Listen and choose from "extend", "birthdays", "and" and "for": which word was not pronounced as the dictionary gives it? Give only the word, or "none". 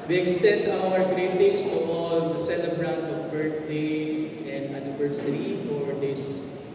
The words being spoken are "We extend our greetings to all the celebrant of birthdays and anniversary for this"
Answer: birthdays